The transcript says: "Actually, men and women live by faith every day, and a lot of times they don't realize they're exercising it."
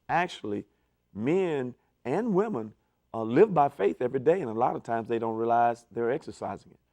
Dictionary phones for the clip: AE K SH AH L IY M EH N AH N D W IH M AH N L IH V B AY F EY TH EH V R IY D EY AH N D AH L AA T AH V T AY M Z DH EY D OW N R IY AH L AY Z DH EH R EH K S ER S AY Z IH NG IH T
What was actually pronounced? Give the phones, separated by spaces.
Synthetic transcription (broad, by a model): AE K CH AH L IY M EH N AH N W IH M AH N L IH V B AY F EY TH EH V R IY D EY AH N AH L AA T AH V T AY M Z DH EY D OW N R IY AH L AY Z DH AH R EH K S ER S AY Z IH NG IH T